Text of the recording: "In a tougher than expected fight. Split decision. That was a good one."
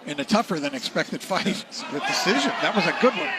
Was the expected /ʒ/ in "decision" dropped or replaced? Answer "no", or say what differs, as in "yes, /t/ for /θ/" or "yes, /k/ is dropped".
no